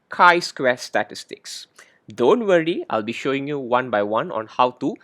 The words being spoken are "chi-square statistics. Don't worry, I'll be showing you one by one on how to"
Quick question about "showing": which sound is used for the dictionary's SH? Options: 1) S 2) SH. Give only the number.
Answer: 2